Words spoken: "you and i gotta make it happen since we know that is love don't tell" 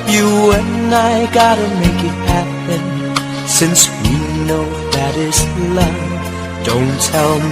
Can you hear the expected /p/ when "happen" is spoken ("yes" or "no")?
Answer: yes